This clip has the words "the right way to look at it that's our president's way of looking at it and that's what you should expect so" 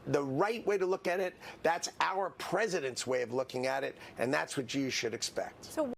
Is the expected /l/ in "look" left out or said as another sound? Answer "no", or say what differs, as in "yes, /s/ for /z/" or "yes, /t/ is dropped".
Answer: no